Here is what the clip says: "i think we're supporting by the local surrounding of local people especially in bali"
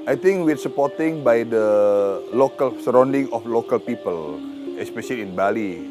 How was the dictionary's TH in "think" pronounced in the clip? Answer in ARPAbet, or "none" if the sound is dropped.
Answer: T